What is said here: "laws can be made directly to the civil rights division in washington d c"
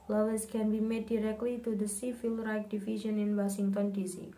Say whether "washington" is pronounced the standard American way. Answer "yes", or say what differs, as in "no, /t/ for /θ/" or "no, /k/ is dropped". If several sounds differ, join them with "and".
no, /s/ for /ʃ/